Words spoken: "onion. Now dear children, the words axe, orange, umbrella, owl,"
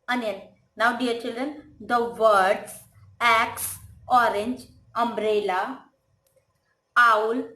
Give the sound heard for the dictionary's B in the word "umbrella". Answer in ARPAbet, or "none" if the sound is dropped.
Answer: B